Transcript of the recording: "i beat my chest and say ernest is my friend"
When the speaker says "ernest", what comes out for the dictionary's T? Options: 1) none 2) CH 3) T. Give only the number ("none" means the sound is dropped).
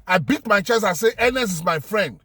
1